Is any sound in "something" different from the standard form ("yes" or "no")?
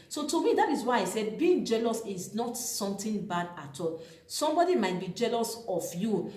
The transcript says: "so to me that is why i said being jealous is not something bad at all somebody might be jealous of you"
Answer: yes